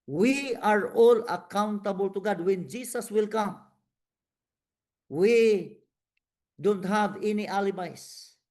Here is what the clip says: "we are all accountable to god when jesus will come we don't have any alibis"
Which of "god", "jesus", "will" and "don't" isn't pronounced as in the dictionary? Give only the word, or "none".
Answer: jesus